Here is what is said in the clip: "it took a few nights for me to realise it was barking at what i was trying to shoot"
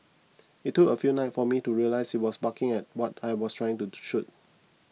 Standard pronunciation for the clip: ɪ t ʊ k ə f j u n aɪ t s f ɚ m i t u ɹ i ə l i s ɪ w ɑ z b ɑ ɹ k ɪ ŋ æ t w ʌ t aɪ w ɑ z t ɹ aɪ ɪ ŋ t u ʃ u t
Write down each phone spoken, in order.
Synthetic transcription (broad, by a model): ɪ t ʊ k ə f j u n aɪ t f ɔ m i t u ɹ i ə l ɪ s ɪ w ɑ s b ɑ k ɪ ŋ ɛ t w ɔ t aɪ w ɑ s t ɹ aɪ ɪ ŋ t u ʃ u t